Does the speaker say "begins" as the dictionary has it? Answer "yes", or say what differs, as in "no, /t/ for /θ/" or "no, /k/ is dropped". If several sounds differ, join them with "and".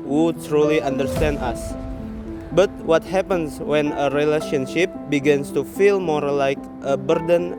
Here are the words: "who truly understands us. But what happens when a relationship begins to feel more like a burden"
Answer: no, /s/ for /z/